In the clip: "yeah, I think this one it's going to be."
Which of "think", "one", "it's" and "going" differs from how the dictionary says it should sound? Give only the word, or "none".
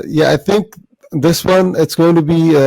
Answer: none